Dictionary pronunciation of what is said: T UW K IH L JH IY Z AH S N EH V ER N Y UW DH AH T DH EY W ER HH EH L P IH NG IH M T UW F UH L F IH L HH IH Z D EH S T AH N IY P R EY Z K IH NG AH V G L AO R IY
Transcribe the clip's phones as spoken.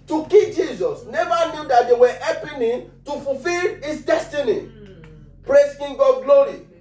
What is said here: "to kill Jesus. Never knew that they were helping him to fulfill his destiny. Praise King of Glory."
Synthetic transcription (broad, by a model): T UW K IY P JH IY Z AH S N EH V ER N Y UW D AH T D EY W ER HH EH P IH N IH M T UW F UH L F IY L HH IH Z D EH S T AH N IY P R EY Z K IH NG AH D G L AO R IY